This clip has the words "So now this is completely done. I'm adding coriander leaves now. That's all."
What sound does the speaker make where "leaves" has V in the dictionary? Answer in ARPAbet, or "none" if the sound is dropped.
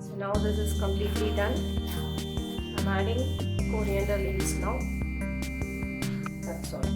none